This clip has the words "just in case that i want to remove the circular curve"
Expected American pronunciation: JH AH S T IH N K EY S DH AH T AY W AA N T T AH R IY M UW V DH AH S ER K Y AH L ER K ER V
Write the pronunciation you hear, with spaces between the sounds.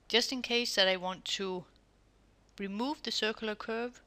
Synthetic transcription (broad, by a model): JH AH S T IH N K EY S DH AH T AY W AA N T T AH R IY M UW V DH AH S ER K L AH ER K ER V